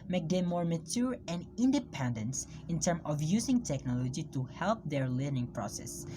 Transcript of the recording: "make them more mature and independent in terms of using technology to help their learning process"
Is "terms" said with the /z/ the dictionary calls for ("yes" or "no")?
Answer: no